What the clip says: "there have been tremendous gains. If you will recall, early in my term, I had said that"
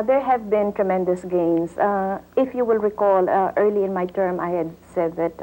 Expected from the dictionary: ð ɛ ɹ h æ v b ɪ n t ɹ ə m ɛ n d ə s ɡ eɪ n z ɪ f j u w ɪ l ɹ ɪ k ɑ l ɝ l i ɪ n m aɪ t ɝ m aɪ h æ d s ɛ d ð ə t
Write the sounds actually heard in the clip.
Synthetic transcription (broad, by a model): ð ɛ ɹ h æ v b ɪ n t ɹ ə m ɛ n d ə s ɡ eɪ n s ɪ f j u w ɪ l ɹ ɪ k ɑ l ɝ l i ɪ n m aɪ t ɝ m aɪ h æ d s ɛ d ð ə t